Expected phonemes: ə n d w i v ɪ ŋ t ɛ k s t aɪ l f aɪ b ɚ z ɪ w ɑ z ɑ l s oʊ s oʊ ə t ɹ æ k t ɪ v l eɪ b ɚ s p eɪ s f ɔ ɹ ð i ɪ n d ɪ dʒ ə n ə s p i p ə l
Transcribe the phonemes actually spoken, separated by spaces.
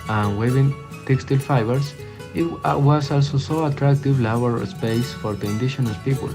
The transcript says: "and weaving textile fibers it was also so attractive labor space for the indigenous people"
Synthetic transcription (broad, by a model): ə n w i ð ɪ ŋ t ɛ k s t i l f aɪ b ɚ s ɪ w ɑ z ɑ l s oʊ s oʊ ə t ɹ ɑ k t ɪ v l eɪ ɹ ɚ s p eɪ s f ɔ ɹ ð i n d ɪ ʃ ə n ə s p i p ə l